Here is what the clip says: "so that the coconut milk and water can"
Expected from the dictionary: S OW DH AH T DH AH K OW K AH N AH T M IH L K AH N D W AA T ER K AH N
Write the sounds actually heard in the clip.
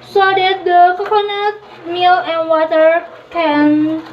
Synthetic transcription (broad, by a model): S OW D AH T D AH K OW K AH N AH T M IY L AH N W AA T ER K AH N